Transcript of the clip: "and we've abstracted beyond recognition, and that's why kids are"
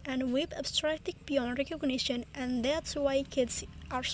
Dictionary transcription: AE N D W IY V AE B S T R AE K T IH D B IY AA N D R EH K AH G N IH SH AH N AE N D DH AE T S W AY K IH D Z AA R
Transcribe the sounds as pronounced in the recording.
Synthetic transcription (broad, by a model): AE N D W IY P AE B S T R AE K T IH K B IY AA N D R EH K AH G N IH SH AH N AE N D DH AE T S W AY K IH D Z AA R